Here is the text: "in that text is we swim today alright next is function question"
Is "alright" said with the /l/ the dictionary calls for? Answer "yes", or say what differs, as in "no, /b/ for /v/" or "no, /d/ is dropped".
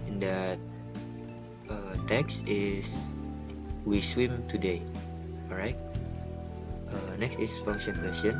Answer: no, /l/ is dropped